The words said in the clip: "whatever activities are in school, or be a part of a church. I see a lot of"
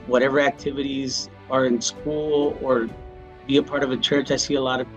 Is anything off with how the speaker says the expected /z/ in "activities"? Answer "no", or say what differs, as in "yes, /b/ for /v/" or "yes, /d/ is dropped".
no